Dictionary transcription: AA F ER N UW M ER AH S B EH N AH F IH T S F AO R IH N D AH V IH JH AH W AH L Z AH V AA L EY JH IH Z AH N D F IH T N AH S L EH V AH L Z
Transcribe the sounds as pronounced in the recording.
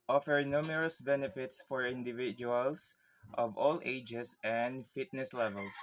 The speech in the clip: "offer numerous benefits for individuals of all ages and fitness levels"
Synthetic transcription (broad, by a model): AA F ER N UW M ER AH S B EH N AH F IH T S F AO R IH N D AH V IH JH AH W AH L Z AH V AA L EY JH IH S AH N D F IH T N AH S L EH V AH L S